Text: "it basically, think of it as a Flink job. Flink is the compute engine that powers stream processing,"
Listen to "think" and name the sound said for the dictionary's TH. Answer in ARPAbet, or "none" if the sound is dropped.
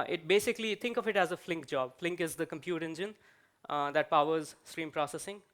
T